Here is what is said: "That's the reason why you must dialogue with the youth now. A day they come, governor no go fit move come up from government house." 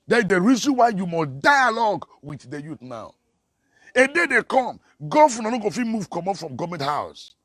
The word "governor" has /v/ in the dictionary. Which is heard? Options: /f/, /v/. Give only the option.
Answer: /f/